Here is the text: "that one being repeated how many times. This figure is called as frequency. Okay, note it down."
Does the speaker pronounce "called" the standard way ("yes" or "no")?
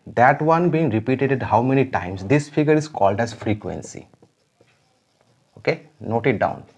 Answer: yes